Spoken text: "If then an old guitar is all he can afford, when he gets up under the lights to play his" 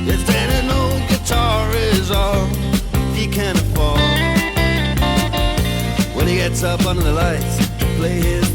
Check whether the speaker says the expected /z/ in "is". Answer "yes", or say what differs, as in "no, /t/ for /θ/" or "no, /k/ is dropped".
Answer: yes